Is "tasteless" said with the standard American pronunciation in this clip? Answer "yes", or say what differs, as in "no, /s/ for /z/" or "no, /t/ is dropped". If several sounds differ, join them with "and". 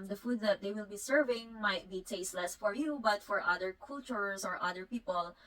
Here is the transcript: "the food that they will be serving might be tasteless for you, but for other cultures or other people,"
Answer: yes